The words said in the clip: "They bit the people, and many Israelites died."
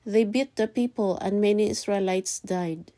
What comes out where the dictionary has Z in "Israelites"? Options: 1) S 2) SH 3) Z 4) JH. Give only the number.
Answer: 1